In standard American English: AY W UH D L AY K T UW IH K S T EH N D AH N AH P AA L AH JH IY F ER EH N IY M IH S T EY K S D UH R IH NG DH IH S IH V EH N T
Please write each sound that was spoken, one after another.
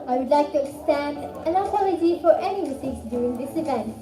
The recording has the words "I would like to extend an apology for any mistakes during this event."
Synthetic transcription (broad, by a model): AY W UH D L AY K T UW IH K S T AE N D AH N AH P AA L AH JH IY F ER EH N IY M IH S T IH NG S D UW IH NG DH IH S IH V EH N T